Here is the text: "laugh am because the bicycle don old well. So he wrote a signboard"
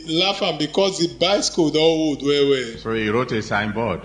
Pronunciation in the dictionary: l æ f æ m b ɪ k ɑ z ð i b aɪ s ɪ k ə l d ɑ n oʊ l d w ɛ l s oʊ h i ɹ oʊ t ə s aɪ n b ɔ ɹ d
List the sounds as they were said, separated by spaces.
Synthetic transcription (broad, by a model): l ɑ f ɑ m b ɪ k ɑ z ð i b aɪ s k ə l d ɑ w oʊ d w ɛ w s oʊ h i ɹ oʊ t ə s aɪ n b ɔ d